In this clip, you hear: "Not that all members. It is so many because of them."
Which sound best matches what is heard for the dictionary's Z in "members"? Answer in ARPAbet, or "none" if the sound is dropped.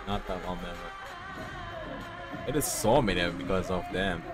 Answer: none